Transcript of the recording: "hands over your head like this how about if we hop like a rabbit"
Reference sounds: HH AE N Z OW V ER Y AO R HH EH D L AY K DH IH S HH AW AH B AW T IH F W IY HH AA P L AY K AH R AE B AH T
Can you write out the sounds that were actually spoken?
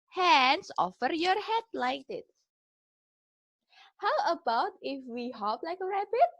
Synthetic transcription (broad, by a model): HH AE N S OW F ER Y AO R HH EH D L AY K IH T HH AW AH B AW T IH F W IY HH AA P L AY K AH R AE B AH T